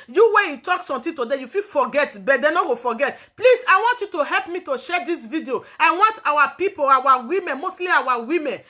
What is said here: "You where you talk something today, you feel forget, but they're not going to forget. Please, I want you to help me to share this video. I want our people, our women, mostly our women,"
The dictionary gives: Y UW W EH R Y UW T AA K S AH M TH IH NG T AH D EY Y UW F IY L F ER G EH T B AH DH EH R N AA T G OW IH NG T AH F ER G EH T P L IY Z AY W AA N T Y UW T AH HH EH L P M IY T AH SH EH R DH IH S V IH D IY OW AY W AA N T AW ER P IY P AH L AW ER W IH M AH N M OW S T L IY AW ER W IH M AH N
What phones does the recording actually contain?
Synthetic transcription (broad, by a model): Y UW W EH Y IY T AA K S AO M T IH T AH D EY Y UW F IY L F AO G EH T B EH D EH N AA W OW F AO G EH T P L IY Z AY W AA N T Y UW T AH HH EH L P M IY T AH SH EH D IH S V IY D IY OW AY W AA N T AW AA P IY P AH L AW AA W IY M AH N M OW S T L IY AW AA W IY M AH N